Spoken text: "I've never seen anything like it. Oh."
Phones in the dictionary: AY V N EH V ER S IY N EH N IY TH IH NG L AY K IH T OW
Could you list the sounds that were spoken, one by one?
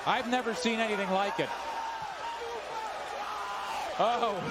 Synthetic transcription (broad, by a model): AY V N EH V ER S IY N EH N IY TH IH NG L AY K IH T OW